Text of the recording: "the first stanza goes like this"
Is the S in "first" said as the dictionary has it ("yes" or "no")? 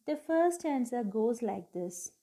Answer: no